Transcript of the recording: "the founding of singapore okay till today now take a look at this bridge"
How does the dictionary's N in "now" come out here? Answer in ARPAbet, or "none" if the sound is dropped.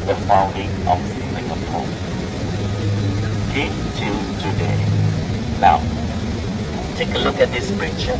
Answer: L